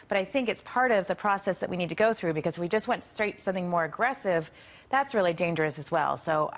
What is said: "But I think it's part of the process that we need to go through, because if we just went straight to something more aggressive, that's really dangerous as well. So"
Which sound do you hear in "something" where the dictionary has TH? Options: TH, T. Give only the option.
TH